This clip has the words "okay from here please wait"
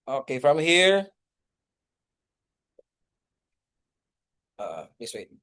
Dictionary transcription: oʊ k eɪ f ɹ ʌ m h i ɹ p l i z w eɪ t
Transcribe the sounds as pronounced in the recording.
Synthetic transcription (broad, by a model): oʊ k eɪ f ɹ ʌ m h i ɹ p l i s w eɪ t